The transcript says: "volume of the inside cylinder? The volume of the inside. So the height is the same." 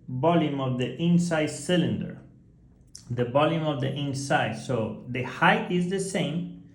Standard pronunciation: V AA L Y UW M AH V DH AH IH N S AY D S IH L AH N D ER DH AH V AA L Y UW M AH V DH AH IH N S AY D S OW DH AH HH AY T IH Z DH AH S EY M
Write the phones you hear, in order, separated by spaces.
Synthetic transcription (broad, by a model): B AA L Y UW M AH V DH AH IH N S AY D S IH L AH N D ER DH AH B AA L Y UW M AH V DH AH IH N S AY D S OW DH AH HH AY T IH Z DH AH S EY M